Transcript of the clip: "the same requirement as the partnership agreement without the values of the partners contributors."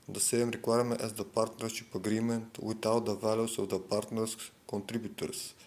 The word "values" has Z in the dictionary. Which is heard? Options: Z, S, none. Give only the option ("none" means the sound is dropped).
S